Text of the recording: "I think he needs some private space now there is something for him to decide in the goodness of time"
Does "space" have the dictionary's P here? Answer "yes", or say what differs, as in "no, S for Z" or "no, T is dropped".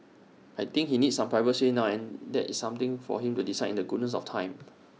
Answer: no, P is dropped